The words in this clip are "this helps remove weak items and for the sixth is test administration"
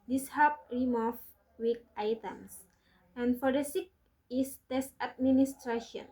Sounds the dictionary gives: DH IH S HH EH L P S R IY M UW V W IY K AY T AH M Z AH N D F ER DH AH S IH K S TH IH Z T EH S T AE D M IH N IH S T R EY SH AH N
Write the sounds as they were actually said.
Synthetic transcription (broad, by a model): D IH S HH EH P R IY M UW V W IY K AY T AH M S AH N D F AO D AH S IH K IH S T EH S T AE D M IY N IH S T R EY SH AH N